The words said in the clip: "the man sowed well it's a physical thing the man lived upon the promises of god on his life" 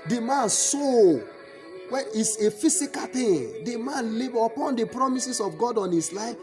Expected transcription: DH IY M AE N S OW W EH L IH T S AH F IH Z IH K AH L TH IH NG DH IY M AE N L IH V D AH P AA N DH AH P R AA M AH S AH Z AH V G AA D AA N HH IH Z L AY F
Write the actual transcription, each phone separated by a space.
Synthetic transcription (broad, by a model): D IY M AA N S OW W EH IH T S AH F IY S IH K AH L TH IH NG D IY M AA N L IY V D AH P AA N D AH P R AA M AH S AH S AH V G AA D AA N HH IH S L AY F